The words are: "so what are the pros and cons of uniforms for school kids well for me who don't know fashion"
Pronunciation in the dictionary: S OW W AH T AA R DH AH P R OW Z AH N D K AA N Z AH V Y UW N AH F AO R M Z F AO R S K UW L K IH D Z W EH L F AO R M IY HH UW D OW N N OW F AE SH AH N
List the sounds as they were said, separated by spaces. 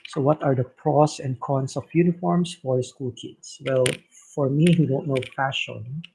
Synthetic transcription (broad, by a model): S OW W AH T AA R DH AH P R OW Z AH N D K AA N S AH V Y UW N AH F AO R M S F AO R S K UW L K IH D S W EH L F AO R M IY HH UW D OW N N OW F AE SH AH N